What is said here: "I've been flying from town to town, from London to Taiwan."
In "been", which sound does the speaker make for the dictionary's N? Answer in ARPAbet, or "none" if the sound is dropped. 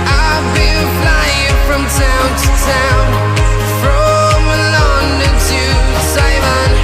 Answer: L